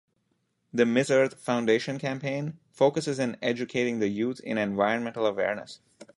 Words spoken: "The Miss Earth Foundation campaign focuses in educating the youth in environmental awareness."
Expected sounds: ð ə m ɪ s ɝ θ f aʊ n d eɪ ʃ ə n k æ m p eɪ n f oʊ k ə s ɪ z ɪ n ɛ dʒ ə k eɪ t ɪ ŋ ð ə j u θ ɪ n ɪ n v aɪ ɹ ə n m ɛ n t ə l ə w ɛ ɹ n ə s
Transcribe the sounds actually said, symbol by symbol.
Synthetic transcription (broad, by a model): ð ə m ɪ s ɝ t f aʊ n d eɪ ʃ ə n k æ m p eɪ n f oʊ k ə s ɪ z ɪ n ɛ dʒ ə k eɪ t ɪ ŋ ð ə j u t ɪ n ɪ n v aɪ ɹ ə n m ɛ n t ə l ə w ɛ ɹ n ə s